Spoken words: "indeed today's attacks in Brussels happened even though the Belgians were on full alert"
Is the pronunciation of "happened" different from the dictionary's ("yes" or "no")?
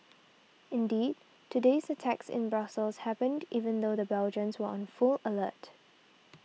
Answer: no